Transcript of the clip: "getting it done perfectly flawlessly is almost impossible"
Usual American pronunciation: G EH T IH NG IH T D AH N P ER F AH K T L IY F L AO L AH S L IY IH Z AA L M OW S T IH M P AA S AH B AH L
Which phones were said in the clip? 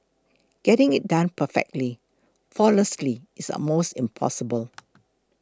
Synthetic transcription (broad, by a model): G EH T IH NG IH T D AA N P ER F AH K T L IY F AO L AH S L IY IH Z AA M OW S T IH M P AA S AH B AH L